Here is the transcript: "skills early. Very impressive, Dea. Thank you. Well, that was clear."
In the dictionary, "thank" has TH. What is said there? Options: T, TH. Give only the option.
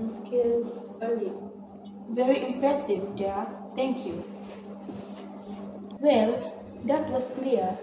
T